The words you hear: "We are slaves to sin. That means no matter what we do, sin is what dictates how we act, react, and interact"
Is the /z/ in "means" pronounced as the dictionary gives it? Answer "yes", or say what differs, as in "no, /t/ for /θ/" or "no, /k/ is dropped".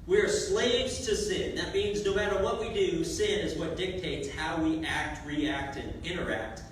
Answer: yes